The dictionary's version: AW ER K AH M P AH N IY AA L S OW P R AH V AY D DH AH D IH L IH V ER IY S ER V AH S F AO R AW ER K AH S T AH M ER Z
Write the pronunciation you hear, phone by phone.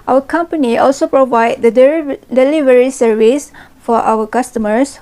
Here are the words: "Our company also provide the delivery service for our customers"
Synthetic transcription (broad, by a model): AW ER K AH M P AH N IY AA L S OW P R AH V AY D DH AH D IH L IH V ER IY S ER V AH S F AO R AW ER K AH S T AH M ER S